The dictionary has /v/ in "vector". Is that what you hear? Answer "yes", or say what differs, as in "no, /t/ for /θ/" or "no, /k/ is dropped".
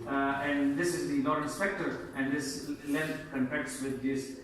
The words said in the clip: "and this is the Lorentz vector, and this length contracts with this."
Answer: no, /p/ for /v/